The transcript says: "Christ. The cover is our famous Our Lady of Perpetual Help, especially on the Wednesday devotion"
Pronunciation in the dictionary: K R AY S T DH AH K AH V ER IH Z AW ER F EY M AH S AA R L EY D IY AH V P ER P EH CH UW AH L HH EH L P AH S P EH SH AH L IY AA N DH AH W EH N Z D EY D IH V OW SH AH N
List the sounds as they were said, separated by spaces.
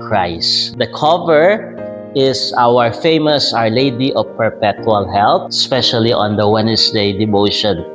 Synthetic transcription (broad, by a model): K R AY S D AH K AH V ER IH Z AW ER F EY M AH S AA R L EY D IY AH V P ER P EH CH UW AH L HH EH L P S P EH SH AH L IY AA N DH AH W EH N S D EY D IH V OW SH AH N